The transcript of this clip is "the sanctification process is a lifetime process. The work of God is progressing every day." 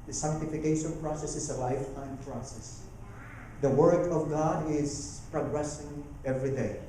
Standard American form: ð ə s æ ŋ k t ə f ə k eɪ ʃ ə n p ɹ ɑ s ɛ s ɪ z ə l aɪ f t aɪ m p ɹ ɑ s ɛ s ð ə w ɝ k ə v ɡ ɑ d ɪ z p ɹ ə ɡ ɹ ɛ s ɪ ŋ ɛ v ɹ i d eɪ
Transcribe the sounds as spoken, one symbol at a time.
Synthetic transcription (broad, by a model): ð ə s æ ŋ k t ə f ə k eɪ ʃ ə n p ɹ ɑ s ɛ s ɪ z ə l aɪ f t aɪ m p ɹ ɑ s ɛ s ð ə w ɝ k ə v ɡ ɑ d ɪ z p ɹ ə ɡ ɹ ɛ s ɪ ŋ ɛ v ɹ i d eɪ